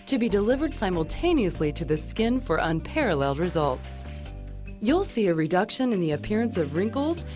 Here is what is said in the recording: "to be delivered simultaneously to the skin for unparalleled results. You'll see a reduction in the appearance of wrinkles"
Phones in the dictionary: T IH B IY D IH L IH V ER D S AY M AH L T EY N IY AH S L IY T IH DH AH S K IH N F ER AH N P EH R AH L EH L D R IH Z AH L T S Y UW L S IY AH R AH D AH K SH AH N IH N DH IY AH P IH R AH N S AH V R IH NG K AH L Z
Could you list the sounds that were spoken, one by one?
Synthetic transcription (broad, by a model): T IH B IY D IH L IH V ER D S AY M L T EY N IY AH S L IY T IH DH AH S K IH N F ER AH N P EH R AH L EH L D R IH Z AH L T S Y UW L S IY AH R AH D AH K SH AH N IH N DH IY AH P IH R AH N S AH V R IH NG K L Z